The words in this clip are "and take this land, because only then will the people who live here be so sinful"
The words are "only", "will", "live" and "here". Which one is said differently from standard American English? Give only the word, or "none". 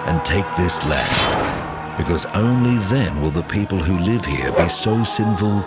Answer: none